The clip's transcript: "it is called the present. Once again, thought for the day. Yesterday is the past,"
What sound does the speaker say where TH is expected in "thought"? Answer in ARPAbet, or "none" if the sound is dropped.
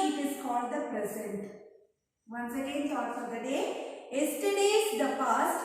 S